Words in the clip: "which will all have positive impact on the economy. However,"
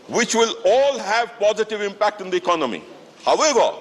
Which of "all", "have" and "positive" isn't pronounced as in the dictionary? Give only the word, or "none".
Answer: none